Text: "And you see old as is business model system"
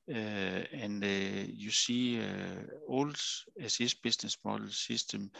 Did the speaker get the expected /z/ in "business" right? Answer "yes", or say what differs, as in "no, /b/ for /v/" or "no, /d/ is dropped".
no, /s/ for /z/